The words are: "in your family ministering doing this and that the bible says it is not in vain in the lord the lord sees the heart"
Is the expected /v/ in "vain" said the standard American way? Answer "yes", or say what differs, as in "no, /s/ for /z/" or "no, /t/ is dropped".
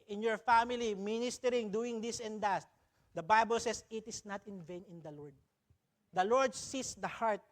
yes